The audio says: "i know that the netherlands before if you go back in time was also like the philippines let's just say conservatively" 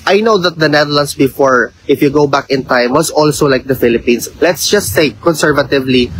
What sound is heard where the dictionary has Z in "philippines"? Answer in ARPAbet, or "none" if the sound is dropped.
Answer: S